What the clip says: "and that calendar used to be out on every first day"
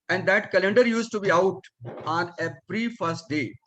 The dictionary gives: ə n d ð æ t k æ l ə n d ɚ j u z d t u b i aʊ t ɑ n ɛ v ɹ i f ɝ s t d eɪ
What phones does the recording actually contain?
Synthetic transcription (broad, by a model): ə n d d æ t k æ l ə n d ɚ j u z t u b i aʊ t ɑ n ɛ p ɹ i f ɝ s t d eɪ